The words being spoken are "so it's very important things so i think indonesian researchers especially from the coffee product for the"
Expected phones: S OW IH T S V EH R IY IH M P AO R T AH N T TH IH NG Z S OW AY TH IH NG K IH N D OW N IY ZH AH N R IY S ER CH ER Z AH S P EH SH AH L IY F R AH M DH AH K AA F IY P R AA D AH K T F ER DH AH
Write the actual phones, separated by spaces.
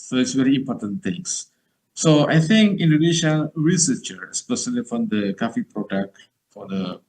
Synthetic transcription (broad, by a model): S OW IH T S V EH R IY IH M P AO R T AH N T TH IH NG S S OW AY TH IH NG K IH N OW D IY SH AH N R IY S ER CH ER AH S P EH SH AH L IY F R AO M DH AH K AA F IY P R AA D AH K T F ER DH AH